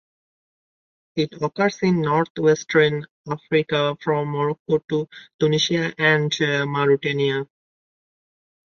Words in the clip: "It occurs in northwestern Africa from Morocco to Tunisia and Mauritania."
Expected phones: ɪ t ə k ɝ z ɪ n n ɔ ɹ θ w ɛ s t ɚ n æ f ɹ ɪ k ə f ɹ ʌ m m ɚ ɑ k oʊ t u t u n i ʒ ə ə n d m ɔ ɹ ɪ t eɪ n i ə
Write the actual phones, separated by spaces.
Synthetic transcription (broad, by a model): ɪ t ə k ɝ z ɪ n n ɔ ɹ t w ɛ s t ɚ n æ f ɹ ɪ k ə f ɹ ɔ m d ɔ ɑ k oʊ t u t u n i ʃ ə ə n d m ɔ ɹ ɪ t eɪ n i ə